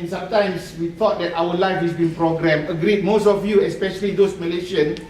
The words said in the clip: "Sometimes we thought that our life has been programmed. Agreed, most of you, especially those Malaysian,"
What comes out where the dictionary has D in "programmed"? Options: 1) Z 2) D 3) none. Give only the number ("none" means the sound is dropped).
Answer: 3